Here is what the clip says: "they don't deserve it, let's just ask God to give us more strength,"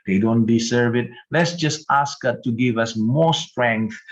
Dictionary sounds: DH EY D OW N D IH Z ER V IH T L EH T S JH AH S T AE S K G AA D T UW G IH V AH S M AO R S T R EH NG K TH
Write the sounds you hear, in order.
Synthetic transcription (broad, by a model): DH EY D OW N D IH S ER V IH T L EH T S JH AH S T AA S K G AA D T UW G IH V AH S M AO R S T R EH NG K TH